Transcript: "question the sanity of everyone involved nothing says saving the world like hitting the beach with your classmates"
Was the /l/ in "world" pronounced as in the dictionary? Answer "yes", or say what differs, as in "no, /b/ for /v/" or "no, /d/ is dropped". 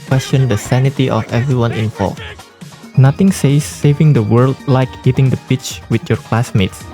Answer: yes